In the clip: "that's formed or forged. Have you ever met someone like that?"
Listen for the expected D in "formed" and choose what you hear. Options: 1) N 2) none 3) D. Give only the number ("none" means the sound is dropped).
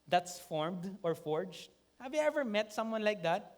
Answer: 3